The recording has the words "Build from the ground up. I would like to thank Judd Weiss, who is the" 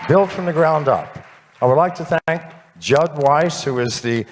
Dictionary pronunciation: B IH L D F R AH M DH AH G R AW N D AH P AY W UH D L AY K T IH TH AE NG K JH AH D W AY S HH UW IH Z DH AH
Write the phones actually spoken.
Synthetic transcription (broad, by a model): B IH L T F R AH M DH AH G R AW N D AH P AY W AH D L AY K T IH TH AE NG K JH AH D W AY S HH UW IH Z DH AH